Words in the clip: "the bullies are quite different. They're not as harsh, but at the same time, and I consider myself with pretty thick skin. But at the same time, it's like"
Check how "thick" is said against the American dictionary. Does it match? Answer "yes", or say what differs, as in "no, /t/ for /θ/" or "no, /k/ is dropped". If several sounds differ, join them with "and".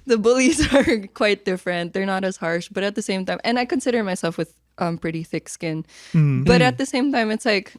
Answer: yes